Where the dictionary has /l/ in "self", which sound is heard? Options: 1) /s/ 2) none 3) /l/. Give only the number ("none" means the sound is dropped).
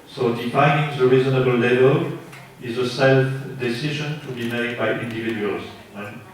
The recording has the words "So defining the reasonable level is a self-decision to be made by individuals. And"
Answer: 3